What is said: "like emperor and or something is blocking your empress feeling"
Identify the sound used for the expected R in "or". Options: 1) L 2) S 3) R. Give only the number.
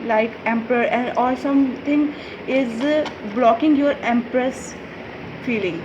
1